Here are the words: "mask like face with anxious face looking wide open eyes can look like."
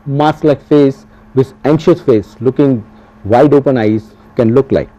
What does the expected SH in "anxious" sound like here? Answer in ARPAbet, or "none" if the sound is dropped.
SH